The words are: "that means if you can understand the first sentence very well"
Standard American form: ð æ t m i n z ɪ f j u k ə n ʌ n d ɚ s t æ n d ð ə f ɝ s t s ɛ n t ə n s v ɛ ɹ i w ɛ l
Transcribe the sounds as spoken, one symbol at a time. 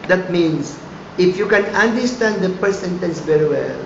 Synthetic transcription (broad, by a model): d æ t m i n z ɪ f j u k ə n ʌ n d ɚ s t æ n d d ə p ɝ t s ɛ n t ə n s v ɛ ɹ i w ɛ l